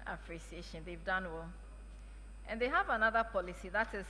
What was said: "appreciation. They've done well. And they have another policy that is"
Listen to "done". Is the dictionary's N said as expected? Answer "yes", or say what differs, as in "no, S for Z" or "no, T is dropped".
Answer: yes